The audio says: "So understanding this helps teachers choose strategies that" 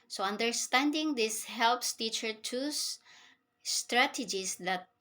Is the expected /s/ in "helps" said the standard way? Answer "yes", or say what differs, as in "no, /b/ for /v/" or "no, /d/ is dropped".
yes